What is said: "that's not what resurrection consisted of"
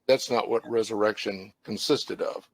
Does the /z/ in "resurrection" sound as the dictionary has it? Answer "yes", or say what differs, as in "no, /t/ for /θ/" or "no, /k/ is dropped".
yes